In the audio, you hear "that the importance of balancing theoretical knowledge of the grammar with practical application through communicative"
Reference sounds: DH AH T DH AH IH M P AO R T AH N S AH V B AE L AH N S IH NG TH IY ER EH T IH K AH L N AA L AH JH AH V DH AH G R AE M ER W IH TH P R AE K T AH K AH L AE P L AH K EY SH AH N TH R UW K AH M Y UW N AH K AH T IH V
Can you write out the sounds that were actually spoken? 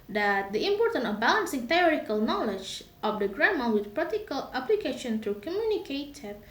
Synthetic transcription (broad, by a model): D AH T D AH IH M P AO R T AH N AH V B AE L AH N S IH NG T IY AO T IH K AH L N AA L AH JH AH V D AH G R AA M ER W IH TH P R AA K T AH K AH L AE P L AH K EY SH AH N T R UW K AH M Y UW N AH K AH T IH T